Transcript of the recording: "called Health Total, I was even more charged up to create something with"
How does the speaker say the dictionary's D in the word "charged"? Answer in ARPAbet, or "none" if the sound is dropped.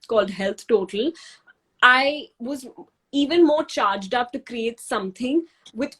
D